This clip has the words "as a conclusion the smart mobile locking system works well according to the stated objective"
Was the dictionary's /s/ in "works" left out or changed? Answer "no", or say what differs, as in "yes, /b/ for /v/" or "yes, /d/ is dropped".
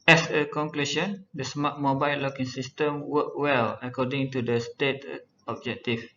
yes, /s/ is dropped